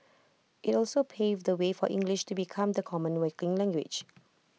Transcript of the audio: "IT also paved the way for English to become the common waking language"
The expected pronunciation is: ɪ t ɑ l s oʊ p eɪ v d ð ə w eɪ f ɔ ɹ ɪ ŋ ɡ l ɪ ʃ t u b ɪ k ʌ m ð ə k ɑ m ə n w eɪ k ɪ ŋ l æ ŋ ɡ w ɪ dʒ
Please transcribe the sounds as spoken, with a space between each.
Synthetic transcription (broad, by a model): ɪ t ɑ l s oʊ p eɪ v d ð ə w eɪ f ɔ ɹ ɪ ŋ ɡ l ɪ ʃ t u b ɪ k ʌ m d ə k ɑ m ə n w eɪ k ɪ ŋ l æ ŋ ɡ w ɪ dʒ